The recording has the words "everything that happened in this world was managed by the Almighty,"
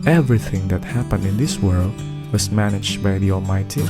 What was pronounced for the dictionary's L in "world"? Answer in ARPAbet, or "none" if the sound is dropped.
L